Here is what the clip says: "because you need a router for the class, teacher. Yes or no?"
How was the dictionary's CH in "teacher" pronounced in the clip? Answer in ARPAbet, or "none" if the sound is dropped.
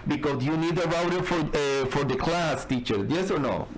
CH